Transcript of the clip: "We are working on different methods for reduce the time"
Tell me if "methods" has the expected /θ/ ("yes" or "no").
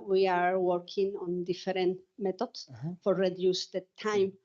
no